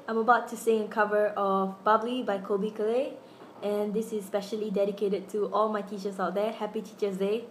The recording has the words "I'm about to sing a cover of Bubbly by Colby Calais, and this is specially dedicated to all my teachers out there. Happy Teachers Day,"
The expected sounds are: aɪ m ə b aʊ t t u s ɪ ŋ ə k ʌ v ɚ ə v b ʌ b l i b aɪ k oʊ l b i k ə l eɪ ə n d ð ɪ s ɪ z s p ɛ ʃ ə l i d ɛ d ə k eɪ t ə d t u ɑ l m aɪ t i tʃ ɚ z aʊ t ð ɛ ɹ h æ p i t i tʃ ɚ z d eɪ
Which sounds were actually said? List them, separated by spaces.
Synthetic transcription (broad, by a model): aɪ m ə b aʊ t t u s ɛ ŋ ə k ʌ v ɚ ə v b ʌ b l i b aɪ k oʊ b i k ə l eɪ ə n d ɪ s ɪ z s p ɛ ʃ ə l i d ɛ d ə k eɪ t ə d t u ɑ l m aɪ t i tʃ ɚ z aʊ t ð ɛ h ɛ p i t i tʃ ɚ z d eɪ